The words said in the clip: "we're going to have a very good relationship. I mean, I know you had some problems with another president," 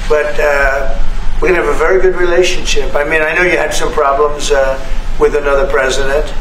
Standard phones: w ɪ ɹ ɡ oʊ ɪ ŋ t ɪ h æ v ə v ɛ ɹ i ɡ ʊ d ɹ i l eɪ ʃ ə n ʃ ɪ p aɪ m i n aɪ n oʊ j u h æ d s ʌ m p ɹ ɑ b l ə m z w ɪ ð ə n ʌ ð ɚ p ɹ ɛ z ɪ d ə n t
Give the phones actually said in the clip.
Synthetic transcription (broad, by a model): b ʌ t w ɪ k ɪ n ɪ v ə v ɛ ɹ i ɡ ʊ d ɹ i l eɪ ʃ ə n ʃ ɪ p aɪ m i n aɪ n oʊ j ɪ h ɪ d s ʌ m p ɹ ɑ b l ə m z w ɪ ð ə n ʌ ð ɚ p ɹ ɛ z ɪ d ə n t